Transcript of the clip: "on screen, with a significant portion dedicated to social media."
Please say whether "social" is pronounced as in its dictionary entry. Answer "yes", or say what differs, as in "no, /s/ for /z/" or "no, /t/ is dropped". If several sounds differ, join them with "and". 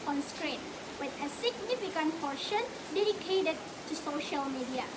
yes